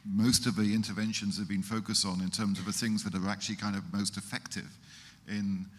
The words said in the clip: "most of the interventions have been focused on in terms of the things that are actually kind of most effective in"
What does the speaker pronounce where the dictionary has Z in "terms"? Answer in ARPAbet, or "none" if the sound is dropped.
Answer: Z